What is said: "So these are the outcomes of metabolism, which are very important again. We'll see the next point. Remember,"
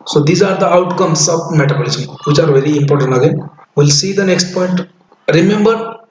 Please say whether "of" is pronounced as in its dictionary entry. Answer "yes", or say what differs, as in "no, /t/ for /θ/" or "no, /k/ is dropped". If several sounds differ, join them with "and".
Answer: no, /b/ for /v/